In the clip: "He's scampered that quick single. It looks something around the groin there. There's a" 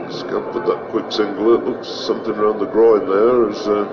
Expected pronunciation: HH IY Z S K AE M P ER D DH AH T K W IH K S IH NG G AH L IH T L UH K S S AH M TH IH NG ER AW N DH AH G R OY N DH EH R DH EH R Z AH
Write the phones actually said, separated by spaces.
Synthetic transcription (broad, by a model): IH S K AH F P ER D DH AH T K W IH K S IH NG G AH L IH T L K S S AH M TH IH NG ER AW N DH AH G R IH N DH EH R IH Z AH